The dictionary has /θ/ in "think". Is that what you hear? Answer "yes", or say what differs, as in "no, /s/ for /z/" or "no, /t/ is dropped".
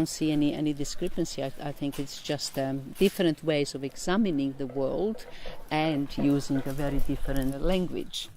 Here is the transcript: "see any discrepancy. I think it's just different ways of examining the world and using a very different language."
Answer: yes